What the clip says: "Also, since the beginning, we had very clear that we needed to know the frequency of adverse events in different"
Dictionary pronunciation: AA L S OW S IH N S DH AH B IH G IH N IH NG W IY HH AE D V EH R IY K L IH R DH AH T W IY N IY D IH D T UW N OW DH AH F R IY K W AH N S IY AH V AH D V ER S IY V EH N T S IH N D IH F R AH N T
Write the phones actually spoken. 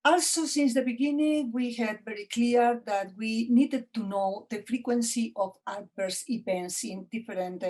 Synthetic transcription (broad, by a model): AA L S OW S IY N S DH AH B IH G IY N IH NG W IY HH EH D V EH R IY K L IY R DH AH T W IY N IY D IH D T UW N OW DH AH F R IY K W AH N S IY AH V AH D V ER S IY P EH N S IH N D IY F R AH N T